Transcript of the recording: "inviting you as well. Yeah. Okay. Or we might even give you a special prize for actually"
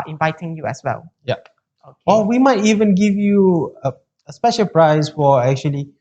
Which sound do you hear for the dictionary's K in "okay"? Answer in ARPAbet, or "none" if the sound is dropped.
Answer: none